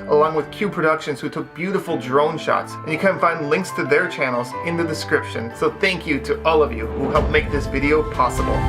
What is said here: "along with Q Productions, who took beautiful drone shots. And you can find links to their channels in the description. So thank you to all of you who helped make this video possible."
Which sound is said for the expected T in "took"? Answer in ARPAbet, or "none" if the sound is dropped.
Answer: T